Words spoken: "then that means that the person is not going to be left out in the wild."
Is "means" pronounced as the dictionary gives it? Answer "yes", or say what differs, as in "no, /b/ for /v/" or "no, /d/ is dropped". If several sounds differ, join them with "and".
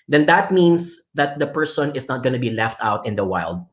no, /s/ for /z/